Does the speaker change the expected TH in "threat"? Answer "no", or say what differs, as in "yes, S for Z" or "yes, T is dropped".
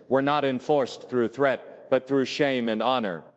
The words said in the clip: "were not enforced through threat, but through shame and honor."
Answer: no